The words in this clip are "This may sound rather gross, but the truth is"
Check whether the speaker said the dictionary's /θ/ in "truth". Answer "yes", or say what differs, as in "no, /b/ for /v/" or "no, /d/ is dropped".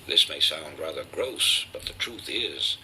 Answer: yes